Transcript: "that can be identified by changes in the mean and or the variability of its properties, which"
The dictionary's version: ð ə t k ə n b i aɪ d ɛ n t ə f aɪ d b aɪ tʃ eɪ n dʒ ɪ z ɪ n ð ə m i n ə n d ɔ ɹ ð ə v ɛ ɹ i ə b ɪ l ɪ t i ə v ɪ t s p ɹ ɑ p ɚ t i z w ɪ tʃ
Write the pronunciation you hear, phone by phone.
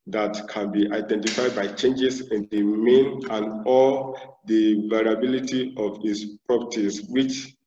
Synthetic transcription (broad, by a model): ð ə t k ə n b i aɪ d ɛ n t ə f aɪ d b aɪ tʃ eɪ n dʒ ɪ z ɪ n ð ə m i n ə n d ɔ l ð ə v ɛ ɹ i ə b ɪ l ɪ t i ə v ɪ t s p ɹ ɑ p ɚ t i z w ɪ tʃ